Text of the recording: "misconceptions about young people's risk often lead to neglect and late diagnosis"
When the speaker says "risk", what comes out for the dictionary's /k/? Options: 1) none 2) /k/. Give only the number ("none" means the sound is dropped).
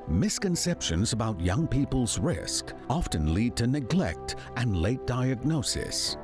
2